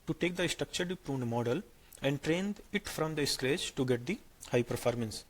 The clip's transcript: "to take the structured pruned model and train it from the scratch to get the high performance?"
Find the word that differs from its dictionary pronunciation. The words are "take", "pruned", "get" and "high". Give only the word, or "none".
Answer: none